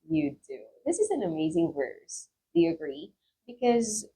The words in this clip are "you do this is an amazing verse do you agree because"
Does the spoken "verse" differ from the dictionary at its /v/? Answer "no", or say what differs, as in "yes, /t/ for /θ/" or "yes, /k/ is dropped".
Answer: no